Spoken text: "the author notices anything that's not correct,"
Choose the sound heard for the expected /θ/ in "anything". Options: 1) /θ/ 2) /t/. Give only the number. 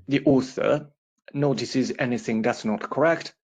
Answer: 1